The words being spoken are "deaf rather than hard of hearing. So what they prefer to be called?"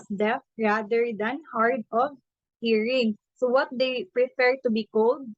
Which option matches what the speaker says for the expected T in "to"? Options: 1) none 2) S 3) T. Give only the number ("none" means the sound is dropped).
3